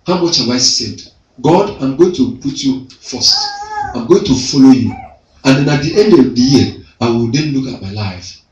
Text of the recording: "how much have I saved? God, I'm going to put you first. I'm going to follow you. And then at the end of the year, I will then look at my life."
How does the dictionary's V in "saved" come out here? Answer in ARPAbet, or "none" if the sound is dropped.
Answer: none